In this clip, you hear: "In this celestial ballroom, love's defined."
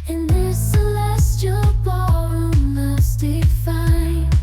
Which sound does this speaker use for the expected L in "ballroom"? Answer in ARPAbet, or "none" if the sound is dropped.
none